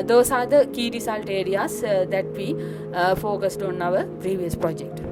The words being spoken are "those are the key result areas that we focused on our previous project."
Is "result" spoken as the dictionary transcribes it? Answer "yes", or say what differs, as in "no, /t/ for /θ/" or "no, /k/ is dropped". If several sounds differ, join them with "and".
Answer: no, /s/ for /z/